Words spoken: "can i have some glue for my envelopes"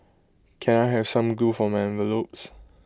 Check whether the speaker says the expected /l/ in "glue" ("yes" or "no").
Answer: no